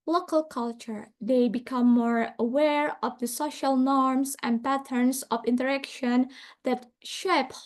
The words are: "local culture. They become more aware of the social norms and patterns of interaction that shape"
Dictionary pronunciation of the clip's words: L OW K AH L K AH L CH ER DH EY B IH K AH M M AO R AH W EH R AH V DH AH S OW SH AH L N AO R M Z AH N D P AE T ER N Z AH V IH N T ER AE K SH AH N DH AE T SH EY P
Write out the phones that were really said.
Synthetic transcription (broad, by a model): L OW K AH L K AH L CH ER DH EY B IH K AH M M AO R AH W EH R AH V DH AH S OW SH AH L N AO R M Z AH N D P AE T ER N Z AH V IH N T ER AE K SH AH N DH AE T SH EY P